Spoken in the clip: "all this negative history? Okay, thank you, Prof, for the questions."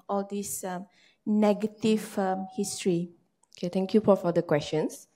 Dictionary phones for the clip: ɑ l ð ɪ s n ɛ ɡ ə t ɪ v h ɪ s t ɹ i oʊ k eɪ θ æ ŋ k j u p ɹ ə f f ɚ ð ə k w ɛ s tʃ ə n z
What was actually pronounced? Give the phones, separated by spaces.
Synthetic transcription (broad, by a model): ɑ l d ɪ s n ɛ ɡ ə t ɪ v h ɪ s t ɹ i oʊ k eɪ t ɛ ŋ k j u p ə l f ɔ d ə k w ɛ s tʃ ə n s